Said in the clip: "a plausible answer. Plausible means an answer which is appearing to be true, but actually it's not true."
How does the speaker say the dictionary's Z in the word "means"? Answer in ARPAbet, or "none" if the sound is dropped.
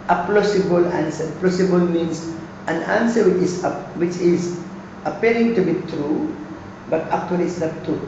S